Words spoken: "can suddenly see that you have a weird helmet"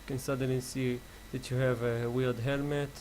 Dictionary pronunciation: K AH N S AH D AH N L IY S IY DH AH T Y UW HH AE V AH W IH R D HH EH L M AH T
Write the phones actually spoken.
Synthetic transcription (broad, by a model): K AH N S AH D AH N L IY S IY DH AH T Y UW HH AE V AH W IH L D HH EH L M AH T